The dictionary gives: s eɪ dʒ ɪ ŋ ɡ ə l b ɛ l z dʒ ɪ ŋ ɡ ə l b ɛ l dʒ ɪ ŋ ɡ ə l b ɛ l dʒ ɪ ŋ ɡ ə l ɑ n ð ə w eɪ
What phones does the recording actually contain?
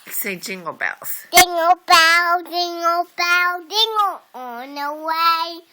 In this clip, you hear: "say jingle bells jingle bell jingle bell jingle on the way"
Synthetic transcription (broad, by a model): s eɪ dʒ ɪ ŋ ɡ ə l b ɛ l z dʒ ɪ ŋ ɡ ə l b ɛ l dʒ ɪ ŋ ɡ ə l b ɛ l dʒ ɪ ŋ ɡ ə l ɑ n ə w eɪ